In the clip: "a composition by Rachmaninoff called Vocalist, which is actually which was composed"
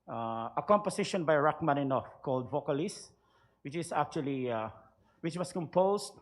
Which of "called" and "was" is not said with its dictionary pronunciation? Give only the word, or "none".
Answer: was